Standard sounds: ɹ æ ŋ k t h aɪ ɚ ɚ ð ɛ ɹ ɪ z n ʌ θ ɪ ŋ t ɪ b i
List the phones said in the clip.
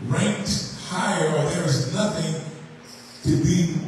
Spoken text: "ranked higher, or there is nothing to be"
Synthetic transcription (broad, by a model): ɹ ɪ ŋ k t h aɪ ɚ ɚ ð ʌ ɹ ɪ z n ʌ θ ɪ ŋ t ɪ b i